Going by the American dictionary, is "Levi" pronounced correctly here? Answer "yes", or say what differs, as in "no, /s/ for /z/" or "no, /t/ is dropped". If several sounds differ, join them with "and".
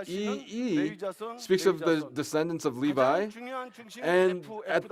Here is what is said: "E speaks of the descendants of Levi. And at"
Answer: yes